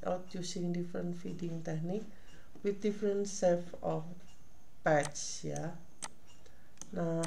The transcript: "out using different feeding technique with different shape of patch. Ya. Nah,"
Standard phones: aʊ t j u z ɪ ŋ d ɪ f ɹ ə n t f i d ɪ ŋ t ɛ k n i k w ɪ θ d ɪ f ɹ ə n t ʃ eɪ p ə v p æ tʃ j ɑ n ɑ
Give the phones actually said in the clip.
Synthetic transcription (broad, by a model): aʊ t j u s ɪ ŋ d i f ɹ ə n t f i d ɪ ŋ t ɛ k n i k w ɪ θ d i f ɹ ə n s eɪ f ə f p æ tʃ j ɑ n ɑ